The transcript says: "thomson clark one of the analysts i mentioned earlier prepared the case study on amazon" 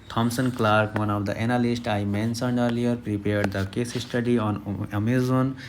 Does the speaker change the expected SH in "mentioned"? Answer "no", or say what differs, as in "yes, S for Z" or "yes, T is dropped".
yes, S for SH